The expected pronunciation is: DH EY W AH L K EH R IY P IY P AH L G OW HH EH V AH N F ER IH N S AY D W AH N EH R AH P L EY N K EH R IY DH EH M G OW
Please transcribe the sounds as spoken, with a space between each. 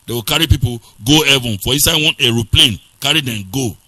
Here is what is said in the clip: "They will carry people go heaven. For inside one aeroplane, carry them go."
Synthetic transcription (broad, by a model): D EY W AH K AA R IY P IY P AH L G OW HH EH V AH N F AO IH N S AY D W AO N EH R AH P L EY N K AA R IY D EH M G OW